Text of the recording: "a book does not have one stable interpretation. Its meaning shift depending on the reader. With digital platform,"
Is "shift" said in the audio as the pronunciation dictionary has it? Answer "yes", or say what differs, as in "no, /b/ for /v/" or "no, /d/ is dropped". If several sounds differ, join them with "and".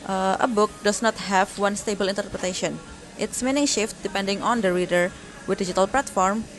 yes